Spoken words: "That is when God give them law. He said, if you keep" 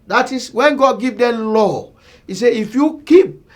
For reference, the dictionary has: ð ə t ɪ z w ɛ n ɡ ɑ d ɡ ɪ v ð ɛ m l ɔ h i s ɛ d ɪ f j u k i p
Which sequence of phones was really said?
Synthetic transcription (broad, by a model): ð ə t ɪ s w ɛ n ɡ ɑ d ɡ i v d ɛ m l ɔ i s ɛ ɪ f j u k i p